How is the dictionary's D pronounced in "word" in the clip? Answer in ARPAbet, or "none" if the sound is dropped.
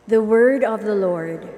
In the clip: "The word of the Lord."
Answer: D